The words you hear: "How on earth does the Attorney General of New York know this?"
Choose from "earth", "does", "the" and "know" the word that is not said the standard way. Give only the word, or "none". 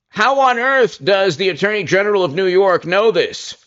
none